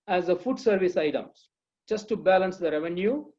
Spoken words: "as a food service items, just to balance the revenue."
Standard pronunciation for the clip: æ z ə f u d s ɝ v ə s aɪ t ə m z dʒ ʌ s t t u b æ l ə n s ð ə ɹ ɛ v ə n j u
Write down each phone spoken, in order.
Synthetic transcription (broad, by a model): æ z ə f u d s ɝ v ə s aɪ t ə m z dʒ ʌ s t t u b æ l ə n s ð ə ɹ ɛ v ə n j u